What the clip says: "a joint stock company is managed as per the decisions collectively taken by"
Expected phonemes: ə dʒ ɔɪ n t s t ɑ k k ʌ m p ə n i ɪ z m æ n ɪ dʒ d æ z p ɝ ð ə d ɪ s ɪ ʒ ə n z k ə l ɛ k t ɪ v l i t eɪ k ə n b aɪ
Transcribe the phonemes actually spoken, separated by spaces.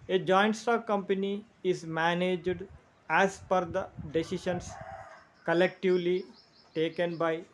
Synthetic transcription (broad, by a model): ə dʒ ɔɪ n t s t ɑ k k ʌ m p ə n i ɪ z m æ n ɪ dʒ d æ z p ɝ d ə d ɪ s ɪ ʃ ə n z k ə l ɛ k t ɪ v l i t eɪ k ə n b aɪ